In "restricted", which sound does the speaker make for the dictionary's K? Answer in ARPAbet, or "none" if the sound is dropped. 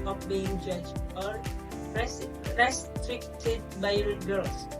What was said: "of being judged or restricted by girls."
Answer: K